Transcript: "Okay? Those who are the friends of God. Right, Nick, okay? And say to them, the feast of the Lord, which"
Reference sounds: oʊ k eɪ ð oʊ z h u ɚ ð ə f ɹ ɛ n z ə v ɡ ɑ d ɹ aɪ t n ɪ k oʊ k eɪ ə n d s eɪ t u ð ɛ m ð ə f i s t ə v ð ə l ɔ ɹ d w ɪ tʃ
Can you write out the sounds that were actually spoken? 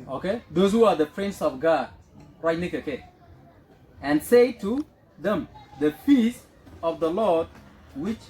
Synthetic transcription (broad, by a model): oʊ k eɪ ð oʊ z h u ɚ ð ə p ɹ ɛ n s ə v ɡ ɑ d ɹ aɪ t n ɪ k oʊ k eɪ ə n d s eɪ t u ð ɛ m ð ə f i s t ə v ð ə l ɔ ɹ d w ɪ tʃ